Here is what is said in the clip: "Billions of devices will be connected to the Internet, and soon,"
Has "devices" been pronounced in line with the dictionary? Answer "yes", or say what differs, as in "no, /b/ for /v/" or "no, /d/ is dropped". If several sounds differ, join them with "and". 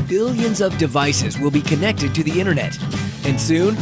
yes